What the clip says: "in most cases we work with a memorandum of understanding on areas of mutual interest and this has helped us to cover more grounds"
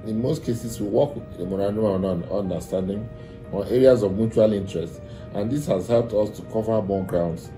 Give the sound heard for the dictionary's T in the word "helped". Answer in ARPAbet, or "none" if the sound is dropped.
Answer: T